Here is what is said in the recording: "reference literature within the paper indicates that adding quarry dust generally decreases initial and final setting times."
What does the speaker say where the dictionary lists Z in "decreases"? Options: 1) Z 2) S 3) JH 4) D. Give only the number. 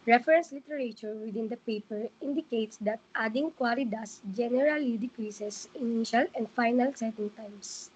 2